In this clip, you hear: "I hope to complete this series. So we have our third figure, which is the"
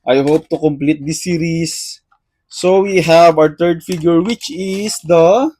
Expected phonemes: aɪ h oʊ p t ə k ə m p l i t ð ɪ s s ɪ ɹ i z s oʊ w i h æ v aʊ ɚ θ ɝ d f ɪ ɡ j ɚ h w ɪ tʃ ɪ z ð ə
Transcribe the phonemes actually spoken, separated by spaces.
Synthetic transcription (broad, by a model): aɪ h oʊ p t ə k ə m p l i t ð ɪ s s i ɹ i s oʊ w i h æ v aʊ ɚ t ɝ d f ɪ ɡ j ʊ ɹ w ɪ tʃ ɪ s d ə